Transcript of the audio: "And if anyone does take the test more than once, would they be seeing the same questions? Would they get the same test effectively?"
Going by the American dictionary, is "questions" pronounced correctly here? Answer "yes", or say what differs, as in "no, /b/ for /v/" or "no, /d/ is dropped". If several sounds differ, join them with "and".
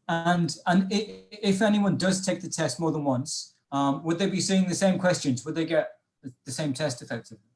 yes